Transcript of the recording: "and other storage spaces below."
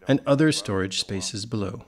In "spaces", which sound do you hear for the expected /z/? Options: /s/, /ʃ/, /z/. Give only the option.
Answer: /z/